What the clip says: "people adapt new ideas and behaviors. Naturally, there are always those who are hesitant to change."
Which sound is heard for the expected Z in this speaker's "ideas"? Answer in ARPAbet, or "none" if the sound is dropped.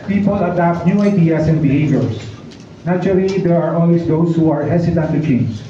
S